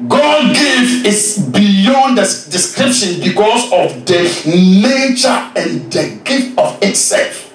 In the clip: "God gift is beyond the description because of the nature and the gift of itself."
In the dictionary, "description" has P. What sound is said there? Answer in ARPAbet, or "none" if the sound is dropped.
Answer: P